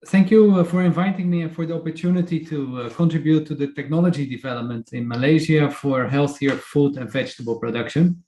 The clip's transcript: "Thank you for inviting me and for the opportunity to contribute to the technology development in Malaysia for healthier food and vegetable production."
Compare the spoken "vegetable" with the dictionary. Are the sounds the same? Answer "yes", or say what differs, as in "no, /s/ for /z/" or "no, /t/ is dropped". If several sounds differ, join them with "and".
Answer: yes